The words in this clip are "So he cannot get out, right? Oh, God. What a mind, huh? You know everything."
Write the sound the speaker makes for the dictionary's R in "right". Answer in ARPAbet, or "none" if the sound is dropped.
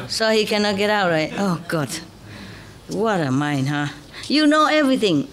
R